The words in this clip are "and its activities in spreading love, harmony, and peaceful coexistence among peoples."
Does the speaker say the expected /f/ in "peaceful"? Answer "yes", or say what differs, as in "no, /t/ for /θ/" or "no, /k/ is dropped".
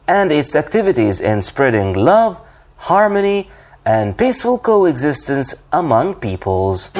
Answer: yes